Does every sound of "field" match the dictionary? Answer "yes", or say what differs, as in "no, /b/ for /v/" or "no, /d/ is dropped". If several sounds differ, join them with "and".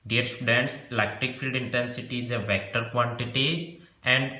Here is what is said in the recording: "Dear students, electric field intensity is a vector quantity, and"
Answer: yes